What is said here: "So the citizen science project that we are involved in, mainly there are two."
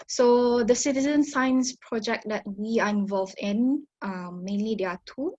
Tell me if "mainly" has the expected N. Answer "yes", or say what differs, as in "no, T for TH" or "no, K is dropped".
yes